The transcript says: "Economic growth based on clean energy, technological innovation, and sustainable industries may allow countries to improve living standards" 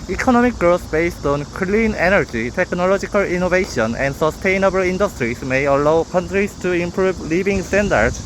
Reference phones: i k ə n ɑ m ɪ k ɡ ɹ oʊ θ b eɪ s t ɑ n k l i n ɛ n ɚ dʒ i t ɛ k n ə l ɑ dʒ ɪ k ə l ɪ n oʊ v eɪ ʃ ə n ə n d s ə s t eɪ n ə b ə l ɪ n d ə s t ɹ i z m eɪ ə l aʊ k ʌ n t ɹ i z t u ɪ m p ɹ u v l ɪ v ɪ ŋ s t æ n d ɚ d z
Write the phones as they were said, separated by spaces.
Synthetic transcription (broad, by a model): i k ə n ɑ m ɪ k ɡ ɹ oʊ s b eɪ s t ɑ n k l i n ɛ n ɚ dʒ i t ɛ k n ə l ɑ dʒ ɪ k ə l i n oʊ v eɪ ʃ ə n ə n d s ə s t eɪ n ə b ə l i n d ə s t ɹ i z m eɪ ə l aʊ k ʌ n t ɹ i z t u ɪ m p ɹ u b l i b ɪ ŋ s t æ n d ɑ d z